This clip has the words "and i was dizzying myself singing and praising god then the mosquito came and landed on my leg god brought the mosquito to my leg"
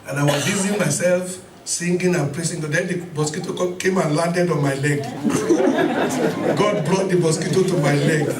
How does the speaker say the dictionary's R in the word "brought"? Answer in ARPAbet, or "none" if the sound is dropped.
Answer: L